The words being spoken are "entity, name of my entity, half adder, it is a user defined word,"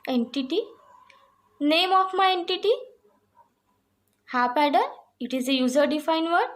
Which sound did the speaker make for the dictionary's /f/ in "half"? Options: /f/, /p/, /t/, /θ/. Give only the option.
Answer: /p/